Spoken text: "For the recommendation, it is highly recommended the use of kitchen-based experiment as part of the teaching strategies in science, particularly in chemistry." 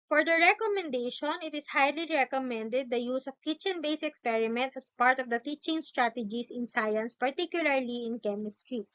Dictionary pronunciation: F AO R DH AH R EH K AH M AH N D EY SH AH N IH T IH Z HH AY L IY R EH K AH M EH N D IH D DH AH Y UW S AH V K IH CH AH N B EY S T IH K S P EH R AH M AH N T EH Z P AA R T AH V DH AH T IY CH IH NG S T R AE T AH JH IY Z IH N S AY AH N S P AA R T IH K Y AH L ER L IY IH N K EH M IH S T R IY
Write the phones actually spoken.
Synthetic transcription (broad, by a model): F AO R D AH R EH K AH M AH N D EY SH AH N IH T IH S HH AY L IY R EH K AH M EH N D IH D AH Y UW S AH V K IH CH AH N B EY S IH K S P EH R AH M AH N T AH S P AA R T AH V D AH T IY CH IH NG S T R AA T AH JH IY S IH N S AY AH N S P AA R T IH K Y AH L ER L IY IH N K EH M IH S T R IY